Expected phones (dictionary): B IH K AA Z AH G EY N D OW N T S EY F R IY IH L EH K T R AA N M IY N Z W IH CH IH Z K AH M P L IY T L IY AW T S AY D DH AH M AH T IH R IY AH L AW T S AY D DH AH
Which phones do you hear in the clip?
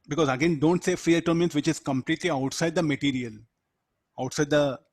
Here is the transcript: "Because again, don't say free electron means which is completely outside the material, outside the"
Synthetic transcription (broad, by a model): B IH K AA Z AH G EY N D OW N T S EY F R IY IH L T AA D M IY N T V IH CH IH Z K AH M P L IY T L IY AW T S AY D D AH M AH T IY R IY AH L AW T S AY D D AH